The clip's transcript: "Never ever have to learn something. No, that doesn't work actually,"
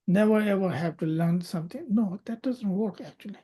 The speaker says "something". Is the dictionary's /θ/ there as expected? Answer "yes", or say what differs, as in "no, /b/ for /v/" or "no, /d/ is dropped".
no, /t/ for /θ/